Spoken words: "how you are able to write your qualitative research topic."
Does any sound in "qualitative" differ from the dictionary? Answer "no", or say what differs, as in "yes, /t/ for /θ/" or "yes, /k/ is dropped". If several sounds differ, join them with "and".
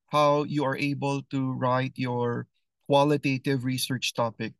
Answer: no